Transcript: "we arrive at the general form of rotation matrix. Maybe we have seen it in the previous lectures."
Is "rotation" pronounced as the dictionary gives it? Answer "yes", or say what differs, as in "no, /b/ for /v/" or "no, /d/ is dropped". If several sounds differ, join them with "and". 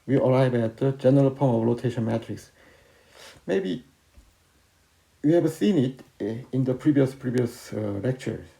no, /l/ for /ɹ/